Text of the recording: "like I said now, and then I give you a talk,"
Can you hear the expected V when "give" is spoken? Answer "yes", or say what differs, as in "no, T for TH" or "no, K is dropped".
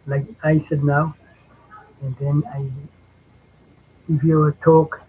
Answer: no, F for V